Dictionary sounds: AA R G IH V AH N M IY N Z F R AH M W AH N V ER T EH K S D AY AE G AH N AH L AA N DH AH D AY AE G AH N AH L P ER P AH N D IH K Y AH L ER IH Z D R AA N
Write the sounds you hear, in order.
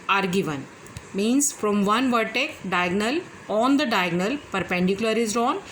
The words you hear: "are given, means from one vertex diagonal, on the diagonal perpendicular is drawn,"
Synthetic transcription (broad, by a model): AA R G IH V AH N M IY N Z F R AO M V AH N V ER T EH K D AY G N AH L AA N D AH D AY G N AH L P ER P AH N D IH K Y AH L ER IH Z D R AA N